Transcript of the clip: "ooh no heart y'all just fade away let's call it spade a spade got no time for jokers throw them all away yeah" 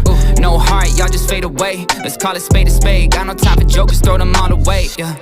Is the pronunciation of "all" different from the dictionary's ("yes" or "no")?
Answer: yes